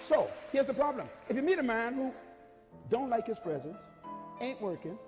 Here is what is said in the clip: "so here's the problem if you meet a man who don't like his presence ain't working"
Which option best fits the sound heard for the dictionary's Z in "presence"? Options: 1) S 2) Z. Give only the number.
2